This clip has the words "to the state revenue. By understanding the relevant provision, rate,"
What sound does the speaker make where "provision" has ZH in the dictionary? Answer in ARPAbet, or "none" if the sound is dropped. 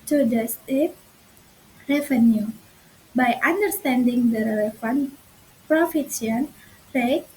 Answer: S